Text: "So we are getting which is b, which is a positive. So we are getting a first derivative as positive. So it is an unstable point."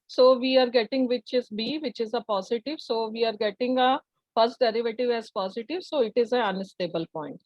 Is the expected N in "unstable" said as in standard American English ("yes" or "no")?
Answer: no